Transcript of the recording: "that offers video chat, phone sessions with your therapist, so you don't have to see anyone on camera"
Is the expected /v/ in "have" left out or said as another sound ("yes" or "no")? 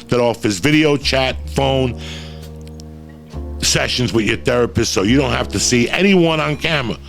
yes